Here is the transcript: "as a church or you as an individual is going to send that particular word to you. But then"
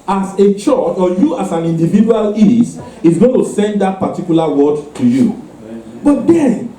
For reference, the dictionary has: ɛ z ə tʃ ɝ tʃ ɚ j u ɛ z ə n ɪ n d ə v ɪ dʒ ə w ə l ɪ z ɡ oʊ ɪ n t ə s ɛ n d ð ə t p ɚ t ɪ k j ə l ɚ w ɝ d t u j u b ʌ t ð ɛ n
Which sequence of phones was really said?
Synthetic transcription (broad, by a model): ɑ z ə tʃ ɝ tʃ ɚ j u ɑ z ə n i n d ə v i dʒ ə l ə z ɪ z ɡ oʊ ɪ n t ə s ɛ n d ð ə t p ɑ t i k j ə l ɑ w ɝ d t u j u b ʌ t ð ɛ n